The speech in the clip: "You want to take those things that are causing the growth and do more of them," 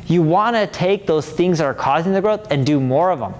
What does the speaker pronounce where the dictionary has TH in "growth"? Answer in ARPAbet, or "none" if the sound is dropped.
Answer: TH